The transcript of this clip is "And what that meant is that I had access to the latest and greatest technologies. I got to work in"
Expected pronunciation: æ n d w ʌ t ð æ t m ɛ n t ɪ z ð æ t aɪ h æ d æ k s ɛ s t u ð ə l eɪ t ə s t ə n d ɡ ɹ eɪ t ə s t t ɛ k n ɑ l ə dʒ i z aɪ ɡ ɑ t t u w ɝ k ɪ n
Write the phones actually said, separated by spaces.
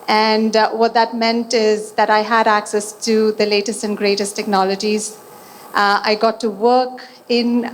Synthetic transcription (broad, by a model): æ n d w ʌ t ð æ t m ɛ n t ɪ z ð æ t aɪ h æ d æ k s ɛ s t u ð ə l eɪ t ə s t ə n ɡ ɹ eɪ t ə s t t ɛ k n ɑ l ə dʒ i z aɪ ɡ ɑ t t u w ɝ k ɪ n